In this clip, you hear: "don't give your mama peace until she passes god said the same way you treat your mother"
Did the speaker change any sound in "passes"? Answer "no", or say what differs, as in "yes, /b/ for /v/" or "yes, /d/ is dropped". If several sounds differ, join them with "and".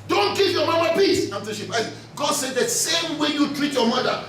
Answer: yes, /z/ is dropped